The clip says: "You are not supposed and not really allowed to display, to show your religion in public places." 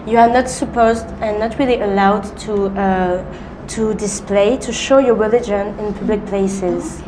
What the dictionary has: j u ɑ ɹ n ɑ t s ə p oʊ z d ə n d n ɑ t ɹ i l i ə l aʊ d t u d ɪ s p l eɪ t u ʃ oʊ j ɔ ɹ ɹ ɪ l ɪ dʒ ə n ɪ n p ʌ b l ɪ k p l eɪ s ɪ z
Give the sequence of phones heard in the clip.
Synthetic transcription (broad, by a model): j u ɑ ɹ n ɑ t s ə p oʊ z d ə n n ɑ t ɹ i l i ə l aʊ d t u d ɪ s p l eɪ t u ʃ oʊ j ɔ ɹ ɹ ɪ l ɪ dʒ ə n ɪ n p ʌ b l ɪ k p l eɪ s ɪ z